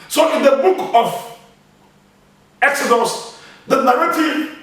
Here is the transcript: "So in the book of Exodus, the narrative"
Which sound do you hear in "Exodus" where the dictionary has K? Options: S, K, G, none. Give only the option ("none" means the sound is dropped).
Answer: K